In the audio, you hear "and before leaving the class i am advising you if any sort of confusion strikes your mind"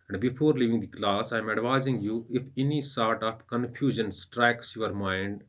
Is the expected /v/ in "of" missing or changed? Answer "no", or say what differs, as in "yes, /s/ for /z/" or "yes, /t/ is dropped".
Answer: yes, /p/ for /v/